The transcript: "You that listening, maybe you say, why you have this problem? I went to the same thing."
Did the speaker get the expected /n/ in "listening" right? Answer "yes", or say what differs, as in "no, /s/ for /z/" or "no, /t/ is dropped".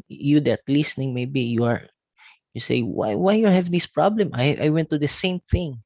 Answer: yes